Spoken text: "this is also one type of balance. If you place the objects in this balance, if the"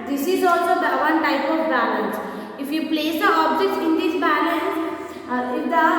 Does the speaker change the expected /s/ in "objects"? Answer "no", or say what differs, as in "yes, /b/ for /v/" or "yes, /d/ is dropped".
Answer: yes, /s/ is dropped